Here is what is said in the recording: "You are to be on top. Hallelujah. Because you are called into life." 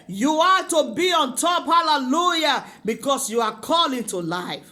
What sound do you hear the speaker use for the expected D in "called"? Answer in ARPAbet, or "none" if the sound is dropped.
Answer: none